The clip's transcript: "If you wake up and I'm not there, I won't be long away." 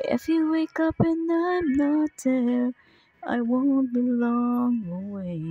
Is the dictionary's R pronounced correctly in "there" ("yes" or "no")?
no